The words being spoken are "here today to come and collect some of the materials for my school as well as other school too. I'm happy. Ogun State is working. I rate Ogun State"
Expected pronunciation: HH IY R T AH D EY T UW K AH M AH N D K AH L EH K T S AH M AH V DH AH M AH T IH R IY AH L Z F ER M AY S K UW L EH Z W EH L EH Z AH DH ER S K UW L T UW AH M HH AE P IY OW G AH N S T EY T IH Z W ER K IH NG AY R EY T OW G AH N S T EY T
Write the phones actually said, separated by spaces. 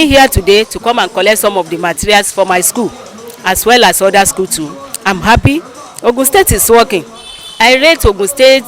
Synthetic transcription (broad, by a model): HH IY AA T AH D EY T UW K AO M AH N K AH L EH T S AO M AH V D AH M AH T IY R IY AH L S F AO M AY S K UW L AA S W EH L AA S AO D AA S K UW L T UW AH M HH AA P IY OW G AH S T EY T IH S W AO K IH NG AY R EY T OW G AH S T EY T